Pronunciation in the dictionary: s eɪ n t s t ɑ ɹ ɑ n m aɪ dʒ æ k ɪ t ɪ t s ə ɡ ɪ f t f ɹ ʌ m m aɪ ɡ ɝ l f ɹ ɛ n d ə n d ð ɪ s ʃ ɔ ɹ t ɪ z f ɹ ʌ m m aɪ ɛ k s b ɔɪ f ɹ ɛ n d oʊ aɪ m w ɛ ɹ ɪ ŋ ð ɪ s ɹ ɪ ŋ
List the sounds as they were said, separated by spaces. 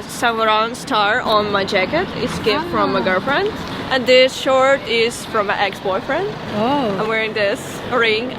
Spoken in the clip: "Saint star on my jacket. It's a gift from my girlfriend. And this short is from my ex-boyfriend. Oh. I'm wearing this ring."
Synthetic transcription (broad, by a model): s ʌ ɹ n s t ɑ ɹ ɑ n m aɪ dʒ æ k ɪ t ɪ t s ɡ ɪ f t f ɹ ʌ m m aɪ ɡ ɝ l f ɹ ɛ n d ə n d ð ɪ s ʃ ɔ ɹ t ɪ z f ɹ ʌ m m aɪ ɛ k s b ɔɪ f ɹ ɛ n d oʊ aɪ m w ɛ ɹ ɪ ŋ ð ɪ s ɹ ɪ ŋ